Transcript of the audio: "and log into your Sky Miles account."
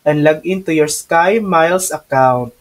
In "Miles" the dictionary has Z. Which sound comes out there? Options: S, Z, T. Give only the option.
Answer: S